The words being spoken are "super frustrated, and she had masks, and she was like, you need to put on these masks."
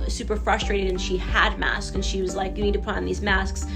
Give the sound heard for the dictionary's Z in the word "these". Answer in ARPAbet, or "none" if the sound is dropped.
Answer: Z